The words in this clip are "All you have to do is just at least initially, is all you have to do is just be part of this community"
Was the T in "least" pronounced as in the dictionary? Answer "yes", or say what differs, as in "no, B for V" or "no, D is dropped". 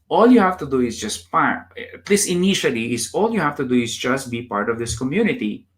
no, T is dropped